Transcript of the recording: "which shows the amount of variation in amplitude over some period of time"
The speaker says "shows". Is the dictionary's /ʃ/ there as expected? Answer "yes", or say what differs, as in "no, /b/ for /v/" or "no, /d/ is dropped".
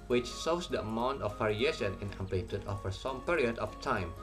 no, /s/ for /ʃ/